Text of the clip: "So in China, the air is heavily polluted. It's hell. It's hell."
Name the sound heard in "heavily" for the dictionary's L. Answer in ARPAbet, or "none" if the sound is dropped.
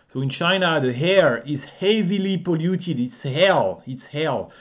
L